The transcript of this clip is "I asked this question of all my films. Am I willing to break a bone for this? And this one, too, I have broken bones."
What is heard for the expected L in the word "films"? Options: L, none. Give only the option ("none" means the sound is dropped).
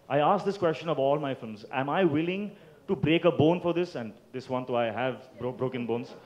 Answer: L